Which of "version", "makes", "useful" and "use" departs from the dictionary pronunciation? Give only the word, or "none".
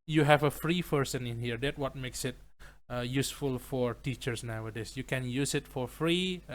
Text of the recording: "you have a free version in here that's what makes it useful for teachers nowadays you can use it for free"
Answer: version